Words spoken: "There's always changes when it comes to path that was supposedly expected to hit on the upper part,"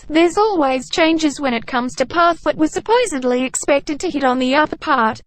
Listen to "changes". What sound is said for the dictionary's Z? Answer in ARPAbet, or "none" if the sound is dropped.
Z